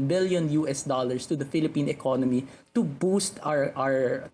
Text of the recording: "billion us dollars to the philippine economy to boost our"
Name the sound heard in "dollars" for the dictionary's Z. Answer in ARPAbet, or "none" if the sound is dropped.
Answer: S